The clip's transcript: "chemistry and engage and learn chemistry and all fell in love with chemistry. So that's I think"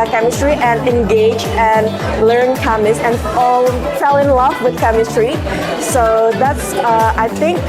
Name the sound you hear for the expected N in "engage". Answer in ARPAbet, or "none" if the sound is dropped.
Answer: N